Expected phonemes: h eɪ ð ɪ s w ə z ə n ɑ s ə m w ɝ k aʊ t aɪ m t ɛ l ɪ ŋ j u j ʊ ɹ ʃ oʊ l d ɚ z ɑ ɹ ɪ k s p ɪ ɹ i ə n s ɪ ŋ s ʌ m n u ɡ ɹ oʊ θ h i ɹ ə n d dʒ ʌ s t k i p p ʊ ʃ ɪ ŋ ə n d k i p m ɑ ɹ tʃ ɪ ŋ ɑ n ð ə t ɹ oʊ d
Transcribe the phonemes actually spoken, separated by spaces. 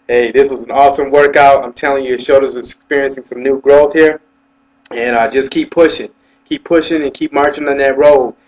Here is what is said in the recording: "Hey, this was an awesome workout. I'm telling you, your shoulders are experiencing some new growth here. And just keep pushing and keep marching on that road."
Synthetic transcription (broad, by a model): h eɪ ð ɪ s w ə z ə n ɑ s ə m w ɝ k aʊ t aɪ m t ɛ l ɪ ŋ j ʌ ɹ ʃ oʊ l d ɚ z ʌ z ɪ k s p ɪ ɹ i ə n s ɪ ŋ s ʌ m n u ɡ ɹ oʊ θ h i ɹ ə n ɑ dʒ ʌ s k i p p ʊ ʃ ɪ ŋ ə n k i p m ɑ ɹ tʃ ɪ ŋ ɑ n ð ə t ɹ oʊ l